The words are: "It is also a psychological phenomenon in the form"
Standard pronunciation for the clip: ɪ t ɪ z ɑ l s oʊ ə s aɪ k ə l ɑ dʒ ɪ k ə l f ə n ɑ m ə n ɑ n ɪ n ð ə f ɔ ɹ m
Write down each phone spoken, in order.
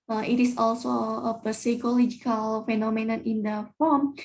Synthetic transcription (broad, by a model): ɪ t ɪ s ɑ l s oʊ ə s aɪ k ə l ɑ dʒ ɪ k ə l f ə n ɑ m ə n ɑ n ɪ n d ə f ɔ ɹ m